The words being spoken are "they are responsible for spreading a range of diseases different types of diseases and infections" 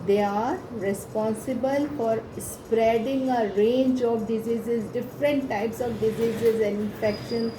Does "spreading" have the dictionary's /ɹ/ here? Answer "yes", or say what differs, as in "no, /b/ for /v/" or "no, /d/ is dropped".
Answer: yes